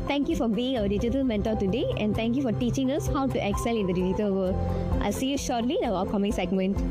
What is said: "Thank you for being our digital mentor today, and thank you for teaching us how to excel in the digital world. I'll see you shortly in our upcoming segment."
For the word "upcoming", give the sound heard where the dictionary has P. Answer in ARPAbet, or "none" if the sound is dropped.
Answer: none